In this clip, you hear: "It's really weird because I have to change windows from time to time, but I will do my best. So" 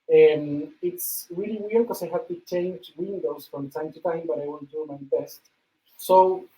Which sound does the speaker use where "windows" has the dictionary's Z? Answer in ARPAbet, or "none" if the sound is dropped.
S